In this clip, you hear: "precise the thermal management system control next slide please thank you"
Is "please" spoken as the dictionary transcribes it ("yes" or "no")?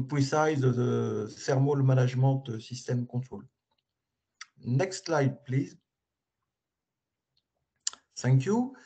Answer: yes